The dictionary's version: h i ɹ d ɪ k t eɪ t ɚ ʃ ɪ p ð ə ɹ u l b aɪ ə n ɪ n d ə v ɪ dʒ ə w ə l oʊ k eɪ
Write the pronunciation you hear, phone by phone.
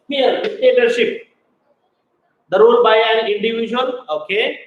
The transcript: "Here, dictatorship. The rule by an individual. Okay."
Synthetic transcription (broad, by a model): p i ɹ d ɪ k t eɪ t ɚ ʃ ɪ p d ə ɹ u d b aɪ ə l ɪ n d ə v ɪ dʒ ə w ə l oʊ k eɪ